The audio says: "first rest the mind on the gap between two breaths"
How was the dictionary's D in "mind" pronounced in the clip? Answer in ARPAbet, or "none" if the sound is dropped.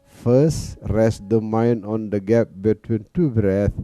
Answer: none